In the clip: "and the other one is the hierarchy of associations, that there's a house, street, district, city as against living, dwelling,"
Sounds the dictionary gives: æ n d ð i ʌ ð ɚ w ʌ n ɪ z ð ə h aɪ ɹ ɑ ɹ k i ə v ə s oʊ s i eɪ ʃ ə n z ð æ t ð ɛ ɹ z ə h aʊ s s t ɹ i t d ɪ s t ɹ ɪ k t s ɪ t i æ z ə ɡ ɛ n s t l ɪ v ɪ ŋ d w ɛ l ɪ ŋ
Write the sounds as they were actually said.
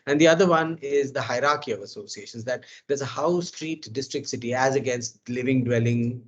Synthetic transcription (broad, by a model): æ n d i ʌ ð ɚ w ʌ n ɪ z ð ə h aɪ ɹ ɑ ɹ k i ə v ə s oʊ s i eɪ ʃ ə n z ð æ t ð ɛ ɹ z ə h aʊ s s t ɹ i t d ɪ s t ɹ ɪ k t s ɪ t i æ z ə ɡ ɛ n s t l ɪ v ɪ ŋ d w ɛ l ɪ ŋ